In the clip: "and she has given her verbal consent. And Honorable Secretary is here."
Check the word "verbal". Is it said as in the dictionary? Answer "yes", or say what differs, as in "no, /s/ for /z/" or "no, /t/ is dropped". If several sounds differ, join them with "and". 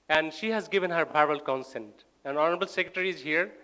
no, /b/ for /v/